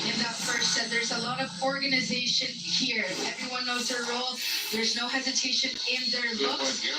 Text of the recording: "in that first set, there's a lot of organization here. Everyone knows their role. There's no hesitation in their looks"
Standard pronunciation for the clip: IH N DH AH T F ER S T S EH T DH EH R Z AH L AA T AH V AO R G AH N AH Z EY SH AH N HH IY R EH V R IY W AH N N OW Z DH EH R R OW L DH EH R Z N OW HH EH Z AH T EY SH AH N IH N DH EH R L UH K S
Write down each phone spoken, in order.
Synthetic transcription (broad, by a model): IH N DH AH T F ER S T S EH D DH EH R Z AH L AA T AH V AO R G AH N AH Z EY SH AH N HH IY R EH V R IY W AH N N OW Z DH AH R R OW L DH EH R Z N OW HH EH Z AH T EY SH AH N IH N DH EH R L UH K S